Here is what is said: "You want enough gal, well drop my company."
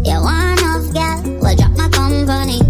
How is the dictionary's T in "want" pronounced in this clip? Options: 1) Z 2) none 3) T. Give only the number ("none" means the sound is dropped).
2